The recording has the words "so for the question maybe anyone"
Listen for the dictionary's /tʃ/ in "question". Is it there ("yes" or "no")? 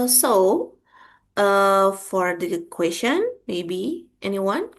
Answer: no